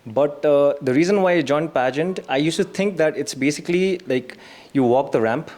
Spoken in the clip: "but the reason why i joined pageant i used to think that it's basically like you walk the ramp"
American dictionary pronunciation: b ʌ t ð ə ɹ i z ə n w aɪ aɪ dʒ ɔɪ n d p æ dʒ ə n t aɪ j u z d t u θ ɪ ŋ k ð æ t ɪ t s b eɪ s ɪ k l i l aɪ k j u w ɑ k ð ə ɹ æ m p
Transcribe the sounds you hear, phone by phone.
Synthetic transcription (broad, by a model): b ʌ t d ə ɹ i z ə n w aɪ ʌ dʒ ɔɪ n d p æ dʒ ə n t aɪ j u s t u t ɪ ŋ k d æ t ɪ t s b eɪ s ɪ k l i l aɪ k j u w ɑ k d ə ɹ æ m p